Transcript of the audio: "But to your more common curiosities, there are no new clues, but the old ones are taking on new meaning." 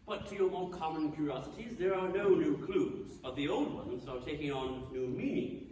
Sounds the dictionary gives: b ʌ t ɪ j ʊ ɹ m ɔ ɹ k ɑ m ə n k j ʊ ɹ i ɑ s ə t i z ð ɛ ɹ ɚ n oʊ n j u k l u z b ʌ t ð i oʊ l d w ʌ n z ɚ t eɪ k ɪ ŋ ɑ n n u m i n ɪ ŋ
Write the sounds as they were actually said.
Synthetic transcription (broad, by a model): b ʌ t ɪ j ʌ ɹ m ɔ l k ɑ m ə n k j ʊ ɹ i ɑ s ə t i z ð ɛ ɹ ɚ n oʊ n j u k l u z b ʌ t ð i oʊ l d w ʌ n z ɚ t eɪ k ɪ ŋ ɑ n n u m i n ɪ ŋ